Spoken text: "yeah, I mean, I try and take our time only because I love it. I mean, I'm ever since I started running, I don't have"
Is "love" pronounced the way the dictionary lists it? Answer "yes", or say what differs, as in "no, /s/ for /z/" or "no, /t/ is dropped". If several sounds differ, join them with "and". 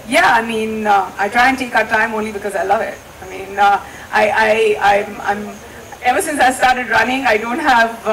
yes